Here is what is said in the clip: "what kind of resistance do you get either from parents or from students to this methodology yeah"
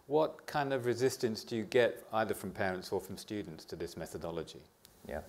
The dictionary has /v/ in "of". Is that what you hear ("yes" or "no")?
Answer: yes